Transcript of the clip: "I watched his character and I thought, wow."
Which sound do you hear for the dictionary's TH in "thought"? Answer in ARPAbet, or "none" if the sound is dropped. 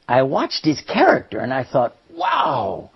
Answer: TH